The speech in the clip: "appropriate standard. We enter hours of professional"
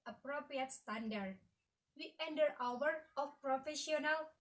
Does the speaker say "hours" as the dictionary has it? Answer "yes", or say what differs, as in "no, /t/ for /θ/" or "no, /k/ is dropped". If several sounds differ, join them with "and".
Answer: no, /z/ is dropped